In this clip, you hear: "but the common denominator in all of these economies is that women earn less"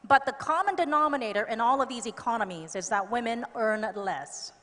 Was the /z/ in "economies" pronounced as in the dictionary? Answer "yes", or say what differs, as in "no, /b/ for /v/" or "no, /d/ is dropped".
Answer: yes